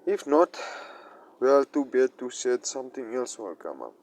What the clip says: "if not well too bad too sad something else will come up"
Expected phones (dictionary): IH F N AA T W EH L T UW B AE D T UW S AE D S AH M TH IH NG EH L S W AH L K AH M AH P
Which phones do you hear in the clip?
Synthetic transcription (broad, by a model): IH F N AA T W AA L T UW B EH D T UW S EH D S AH M T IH NG EH L S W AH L K AH M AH